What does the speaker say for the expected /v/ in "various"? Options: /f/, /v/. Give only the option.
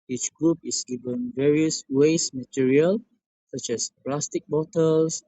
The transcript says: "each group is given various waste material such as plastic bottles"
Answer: /v/